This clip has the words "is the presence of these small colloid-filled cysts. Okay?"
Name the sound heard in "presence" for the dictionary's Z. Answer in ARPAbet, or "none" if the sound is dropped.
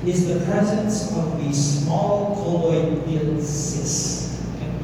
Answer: Z